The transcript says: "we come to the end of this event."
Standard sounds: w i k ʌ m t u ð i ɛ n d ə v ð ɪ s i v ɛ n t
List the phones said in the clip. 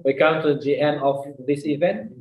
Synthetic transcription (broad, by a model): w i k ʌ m t u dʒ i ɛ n ə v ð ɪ s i v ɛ n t